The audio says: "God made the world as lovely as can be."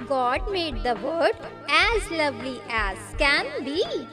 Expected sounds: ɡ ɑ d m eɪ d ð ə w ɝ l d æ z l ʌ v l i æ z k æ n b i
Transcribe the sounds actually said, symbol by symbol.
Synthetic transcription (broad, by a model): ɡ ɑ d m eɪ d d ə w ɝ d æ z l ʌ v l i æ z k æ n b i